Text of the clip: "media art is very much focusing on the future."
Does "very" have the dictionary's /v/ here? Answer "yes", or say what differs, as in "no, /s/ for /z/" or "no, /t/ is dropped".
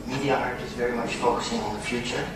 yes